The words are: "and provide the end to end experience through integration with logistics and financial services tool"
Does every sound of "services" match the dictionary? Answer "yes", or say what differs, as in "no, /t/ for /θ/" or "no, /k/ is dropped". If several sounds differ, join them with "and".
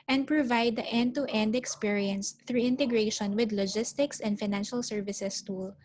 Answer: no, /s/ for /z/